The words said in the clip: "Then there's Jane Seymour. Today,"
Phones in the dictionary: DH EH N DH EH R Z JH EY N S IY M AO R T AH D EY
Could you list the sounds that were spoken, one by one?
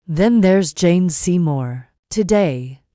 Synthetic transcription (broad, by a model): DH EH N DH EH R Z JH EY N S IY M AO R T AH D EY